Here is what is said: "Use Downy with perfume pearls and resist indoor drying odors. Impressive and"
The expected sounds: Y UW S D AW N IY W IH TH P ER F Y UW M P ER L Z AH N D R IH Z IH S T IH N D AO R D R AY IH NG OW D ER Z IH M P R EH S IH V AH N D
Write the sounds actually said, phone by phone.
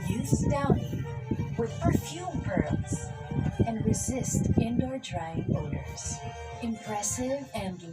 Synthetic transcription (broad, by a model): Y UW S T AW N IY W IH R P ER F Y UW M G ER L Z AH N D R IH Z IH S T IH N D AO R D R AY IH NG OW D ER Z IH M P R EH S IH V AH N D